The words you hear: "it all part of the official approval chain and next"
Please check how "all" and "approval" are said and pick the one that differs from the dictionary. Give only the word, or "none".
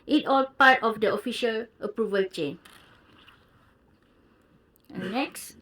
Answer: none